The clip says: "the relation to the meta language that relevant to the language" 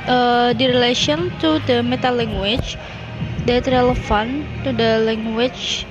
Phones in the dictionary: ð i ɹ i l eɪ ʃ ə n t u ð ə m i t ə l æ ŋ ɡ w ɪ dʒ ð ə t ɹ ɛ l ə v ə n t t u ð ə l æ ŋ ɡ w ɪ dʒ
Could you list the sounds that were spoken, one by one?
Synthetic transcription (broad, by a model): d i ɹ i l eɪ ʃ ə n t u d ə m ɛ t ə l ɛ ŋ ɡ w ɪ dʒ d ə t ɹ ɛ l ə f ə n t t u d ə l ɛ ŋ ɡ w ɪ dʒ